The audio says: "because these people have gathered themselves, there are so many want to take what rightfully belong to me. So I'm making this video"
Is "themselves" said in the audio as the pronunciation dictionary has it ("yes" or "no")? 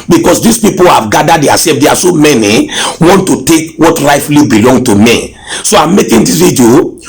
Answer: no